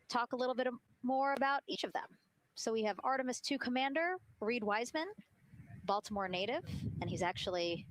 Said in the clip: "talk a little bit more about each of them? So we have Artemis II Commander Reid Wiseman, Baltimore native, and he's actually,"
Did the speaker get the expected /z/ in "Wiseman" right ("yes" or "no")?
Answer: yes